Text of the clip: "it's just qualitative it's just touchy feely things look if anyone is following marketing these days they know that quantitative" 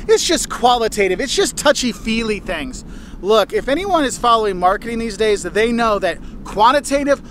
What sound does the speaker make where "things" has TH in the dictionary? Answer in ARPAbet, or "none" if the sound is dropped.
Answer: TH